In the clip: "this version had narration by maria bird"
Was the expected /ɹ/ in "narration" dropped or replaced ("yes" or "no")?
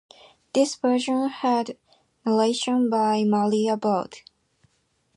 yes